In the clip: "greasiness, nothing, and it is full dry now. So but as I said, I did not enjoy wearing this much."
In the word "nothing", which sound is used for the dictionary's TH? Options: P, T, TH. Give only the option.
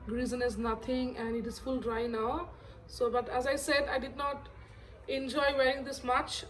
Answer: T